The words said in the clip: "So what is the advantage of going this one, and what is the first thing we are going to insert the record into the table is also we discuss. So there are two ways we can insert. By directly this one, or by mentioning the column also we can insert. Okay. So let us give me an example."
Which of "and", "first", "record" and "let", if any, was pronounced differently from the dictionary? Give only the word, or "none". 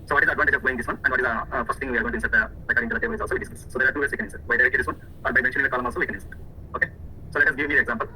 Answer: record